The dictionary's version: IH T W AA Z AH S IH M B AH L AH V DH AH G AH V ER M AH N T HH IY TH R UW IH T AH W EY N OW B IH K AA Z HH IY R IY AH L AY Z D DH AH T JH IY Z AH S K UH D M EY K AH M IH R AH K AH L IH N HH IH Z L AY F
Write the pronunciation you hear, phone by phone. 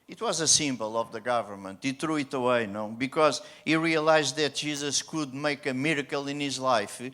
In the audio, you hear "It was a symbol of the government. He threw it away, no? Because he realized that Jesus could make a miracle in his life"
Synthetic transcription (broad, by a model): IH T W AA Z AH S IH M B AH L AH V DH AH G AH V ER M AH N T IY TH R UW IH T AH W EY N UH B IH K AA Z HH IY R IY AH L AY Z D DH AH T ZH IY Z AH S K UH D M EY K AH M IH R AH K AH L IH N HH IH Z L AY F